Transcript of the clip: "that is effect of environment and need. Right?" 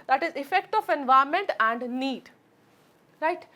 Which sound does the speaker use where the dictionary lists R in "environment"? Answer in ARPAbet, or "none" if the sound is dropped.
none